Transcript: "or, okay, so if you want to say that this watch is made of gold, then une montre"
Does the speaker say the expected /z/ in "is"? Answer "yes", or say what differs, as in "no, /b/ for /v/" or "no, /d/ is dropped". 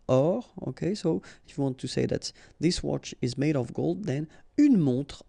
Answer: yes